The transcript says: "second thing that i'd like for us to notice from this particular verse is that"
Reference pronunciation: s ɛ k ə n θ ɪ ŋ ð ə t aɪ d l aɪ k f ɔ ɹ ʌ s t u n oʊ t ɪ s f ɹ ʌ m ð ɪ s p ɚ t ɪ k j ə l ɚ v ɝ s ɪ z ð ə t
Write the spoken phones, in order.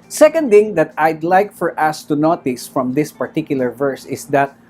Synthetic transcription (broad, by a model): s ɛ k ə n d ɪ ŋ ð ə t aɪ d l aɪ k f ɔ ɹ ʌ s t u n oʊ t ɪ s f ɹ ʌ m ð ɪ s p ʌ t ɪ k j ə l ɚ v ɝ s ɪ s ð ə t